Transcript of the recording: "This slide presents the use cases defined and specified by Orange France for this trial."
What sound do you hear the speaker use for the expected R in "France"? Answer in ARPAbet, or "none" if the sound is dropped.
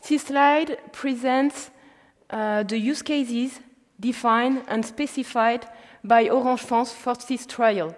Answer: none